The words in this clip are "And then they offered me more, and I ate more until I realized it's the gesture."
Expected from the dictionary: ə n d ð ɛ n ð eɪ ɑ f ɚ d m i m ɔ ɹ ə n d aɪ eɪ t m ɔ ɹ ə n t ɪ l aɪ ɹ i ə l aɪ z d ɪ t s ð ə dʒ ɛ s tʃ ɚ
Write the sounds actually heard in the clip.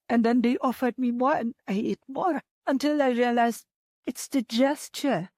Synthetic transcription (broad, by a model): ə n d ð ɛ n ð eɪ ɑ f ɚ d m i m ɔ ɹ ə n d aɪ eɪ t m ɔ ɹ ə n t ɪ l aɪ ɹ i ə l aɪ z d ɪ t s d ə dʒ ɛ s tʃ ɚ